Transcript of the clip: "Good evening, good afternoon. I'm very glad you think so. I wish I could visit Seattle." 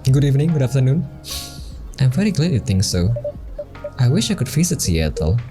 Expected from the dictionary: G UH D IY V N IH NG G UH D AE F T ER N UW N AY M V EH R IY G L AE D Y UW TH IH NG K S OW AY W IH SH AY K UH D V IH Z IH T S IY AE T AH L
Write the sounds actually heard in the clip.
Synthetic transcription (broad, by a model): G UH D IY V N IH NG G UH D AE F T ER N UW N AY M V EH R IY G L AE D Y UW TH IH NG K S OW AY W IH SH AY K UH D F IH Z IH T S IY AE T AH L